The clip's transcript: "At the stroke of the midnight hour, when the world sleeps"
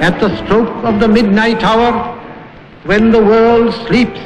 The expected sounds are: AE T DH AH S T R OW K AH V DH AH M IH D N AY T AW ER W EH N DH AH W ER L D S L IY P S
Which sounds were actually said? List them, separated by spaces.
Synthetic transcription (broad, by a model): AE T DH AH S T R OW K AH V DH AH M IH D N AY T AW ER W EH N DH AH W ER L D S L IY P S